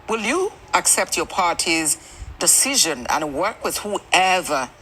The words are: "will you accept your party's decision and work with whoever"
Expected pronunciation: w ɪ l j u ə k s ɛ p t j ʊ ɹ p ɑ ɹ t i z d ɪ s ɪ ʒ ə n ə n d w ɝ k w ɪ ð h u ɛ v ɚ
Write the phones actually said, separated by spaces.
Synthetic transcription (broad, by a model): w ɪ l j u ə k s ɛ p t j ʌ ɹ p ɑ ɹ t i z d ɪ s ɪ ʒ ə n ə n w ɝ k w ɪ ð h u ɛ v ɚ